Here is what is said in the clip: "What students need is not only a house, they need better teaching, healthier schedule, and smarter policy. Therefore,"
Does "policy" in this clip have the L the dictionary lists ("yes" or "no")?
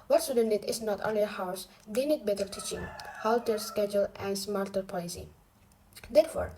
no